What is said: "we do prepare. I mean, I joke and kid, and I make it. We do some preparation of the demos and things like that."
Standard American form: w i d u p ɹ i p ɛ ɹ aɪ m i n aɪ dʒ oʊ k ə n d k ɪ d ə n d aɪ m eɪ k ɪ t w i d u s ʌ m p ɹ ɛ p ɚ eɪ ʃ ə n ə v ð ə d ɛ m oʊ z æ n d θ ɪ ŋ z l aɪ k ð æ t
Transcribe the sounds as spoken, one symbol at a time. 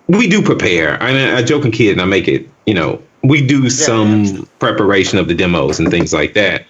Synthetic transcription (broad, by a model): w i d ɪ p ɹ i p ɛ ɹ aɪ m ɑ aɪ dʒ oʊ k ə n k ɪ d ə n aɪ m eɪ k ɪ t w i d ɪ s ʌ m p ɹ ɛ p ɚ eɪ ʃ ə n ə v ð ə d ɛ m oʊ z n θ ɪ ŋ z l aɪ k ð æ t